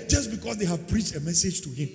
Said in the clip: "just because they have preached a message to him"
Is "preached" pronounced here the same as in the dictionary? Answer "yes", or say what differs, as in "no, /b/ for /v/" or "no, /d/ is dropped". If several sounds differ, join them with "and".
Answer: yes